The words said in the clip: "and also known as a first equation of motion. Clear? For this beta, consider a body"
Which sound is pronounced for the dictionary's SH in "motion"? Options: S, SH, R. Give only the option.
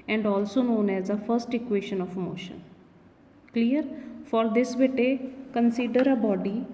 SH